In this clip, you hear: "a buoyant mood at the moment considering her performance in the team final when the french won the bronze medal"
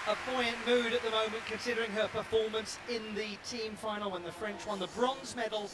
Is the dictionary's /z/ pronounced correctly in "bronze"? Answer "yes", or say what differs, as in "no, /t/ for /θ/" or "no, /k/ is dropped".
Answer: yes